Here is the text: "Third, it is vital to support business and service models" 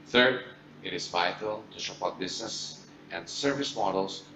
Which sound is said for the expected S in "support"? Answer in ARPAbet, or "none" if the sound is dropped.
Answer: SH